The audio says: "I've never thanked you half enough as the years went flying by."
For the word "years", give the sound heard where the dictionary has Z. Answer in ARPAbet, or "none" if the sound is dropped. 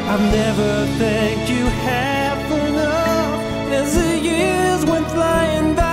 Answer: Z